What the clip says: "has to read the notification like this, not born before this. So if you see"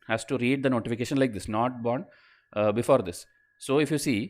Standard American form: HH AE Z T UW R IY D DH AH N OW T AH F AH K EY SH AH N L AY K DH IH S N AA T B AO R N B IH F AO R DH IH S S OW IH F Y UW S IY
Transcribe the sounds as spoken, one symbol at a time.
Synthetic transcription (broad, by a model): HH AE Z T UW R IY D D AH N OW T AH F AH K EY SH AH N L AY K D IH S N AA T B AO R N B IH F AO R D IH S S OW IH F Y UW S IY